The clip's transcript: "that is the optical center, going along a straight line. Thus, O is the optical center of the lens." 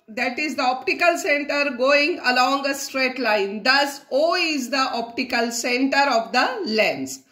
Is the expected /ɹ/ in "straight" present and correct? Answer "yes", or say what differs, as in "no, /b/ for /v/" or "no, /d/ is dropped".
yes